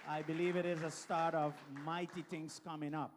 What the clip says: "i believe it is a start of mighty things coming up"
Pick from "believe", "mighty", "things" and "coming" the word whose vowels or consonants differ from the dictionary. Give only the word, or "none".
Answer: things